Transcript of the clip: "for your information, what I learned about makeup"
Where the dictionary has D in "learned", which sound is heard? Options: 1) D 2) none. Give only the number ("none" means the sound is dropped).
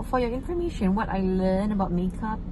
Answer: 2